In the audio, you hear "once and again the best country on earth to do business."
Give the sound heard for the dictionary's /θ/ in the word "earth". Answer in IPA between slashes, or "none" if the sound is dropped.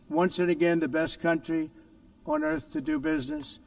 /θ/